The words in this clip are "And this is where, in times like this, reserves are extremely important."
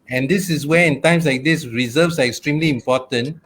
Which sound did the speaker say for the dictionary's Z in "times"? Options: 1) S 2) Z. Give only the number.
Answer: 1